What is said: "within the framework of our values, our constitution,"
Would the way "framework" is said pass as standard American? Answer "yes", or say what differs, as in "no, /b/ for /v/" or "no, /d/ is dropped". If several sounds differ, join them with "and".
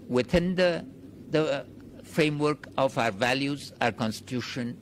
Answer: yes